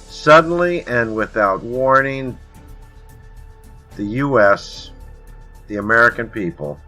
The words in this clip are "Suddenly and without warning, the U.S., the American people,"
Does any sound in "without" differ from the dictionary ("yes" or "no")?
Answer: no